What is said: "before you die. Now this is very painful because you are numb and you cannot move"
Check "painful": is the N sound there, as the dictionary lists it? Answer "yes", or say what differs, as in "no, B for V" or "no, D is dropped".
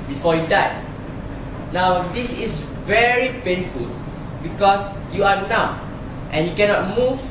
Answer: yes